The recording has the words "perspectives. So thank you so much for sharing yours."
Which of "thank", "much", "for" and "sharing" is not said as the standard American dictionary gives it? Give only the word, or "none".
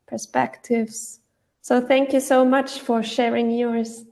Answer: none